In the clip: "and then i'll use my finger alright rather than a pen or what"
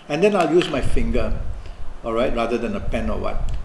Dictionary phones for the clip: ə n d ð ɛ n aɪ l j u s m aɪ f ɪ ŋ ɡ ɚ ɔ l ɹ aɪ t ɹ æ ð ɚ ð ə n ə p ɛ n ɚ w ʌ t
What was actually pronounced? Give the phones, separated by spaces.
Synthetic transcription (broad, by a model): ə n d ɛ n aɪ l j u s m aɪ f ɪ ŋ ɡ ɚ ɔ l ɹ aɪ t ɹ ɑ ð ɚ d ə n ə p ɛ n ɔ w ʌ t